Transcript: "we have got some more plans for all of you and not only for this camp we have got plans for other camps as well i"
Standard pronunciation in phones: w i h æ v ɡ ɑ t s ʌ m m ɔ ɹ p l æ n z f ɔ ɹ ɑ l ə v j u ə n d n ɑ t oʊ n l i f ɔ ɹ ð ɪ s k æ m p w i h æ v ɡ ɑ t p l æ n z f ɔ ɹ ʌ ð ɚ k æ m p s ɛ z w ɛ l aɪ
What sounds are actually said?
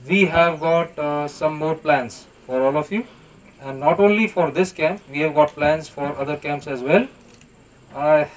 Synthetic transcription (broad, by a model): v i h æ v ɡ ɑ t s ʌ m m ɔ ɹ p l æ n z f ɔ ɹ ɑ l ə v j u ə n d n ɑ t oʊ n l i f ɔ ɹ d ɪ s k æ m p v i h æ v ɡ ɑ t p l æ n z f ɔ ɹ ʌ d ɚ k æ m p s ɛ z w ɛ l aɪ